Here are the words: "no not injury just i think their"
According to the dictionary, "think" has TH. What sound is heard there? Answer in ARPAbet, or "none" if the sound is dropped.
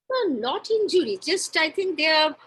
T